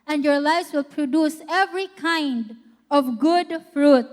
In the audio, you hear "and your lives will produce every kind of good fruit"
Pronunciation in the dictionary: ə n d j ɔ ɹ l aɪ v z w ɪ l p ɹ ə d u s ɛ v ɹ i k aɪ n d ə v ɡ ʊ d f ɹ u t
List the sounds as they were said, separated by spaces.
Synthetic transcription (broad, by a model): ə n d j ɔ ɹ l aɪ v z w ɪ l p ɹ ə d u s ɛ v ɹ i k aɪ n d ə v ɡ ʊ d f ɹ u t